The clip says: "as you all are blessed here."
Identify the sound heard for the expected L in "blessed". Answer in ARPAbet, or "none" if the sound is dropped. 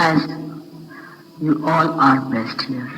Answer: none